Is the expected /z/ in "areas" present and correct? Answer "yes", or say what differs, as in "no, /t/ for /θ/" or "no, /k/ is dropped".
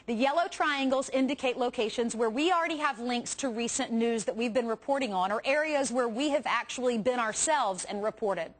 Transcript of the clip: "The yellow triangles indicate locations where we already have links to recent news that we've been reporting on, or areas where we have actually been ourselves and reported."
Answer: yes